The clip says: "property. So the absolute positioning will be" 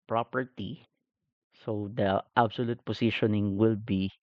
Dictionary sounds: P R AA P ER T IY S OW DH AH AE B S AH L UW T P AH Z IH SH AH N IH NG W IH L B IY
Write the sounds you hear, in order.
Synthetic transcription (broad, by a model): P R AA P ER T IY S OW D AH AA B S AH L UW T P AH S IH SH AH N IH NG W IH L B IY